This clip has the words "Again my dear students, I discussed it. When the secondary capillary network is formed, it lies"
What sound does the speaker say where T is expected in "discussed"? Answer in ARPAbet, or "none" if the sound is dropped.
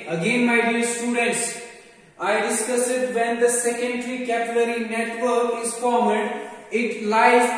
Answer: none